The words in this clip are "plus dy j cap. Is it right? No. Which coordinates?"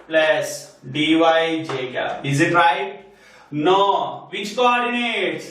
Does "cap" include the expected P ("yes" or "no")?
no